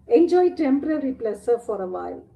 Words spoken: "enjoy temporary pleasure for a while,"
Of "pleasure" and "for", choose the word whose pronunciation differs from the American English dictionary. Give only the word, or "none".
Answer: pleasure